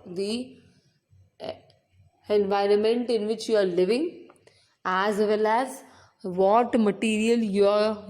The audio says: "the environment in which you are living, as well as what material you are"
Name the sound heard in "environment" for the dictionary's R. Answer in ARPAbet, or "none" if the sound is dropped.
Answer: R